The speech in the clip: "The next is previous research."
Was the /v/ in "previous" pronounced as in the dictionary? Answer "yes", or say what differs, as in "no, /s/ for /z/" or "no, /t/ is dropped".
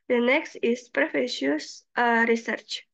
no, /f/ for /v/